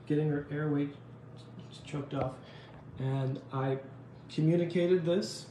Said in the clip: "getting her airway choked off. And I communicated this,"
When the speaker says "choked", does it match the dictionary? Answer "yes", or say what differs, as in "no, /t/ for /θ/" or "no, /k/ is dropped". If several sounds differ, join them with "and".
yes